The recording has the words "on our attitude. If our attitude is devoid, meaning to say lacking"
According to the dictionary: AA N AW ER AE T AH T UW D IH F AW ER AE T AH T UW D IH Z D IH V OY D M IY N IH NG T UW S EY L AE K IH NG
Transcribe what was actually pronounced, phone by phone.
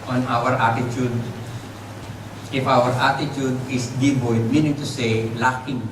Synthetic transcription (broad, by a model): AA N AW ER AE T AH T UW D IH F AW ER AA T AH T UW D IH S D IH B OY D M IY N IH NG T UW S EY L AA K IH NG